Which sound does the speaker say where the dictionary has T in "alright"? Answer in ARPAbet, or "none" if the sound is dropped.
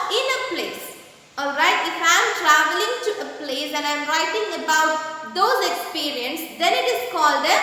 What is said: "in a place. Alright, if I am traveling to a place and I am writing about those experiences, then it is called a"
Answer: T